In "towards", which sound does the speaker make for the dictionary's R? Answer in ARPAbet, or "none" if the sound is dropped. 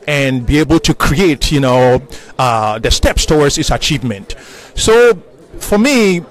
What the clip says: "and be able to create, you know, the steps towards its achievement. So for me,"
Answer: W